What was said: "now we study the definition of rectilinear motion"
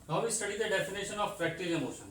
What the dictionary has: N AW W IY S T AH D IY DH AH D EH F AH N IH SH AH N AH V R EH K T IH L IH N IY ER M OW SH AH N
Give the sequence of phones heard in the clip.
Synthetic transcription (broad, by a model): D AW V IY S T AH D IY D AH D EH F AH N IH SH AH N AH P R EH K T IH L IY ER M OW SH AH N